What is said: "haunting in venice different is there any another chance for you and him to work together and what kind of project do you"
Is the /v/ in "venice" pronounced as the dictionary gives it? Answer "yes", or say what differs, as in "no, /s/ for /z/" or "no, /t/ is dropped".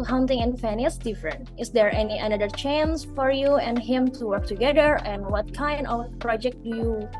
no, /f/ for /v/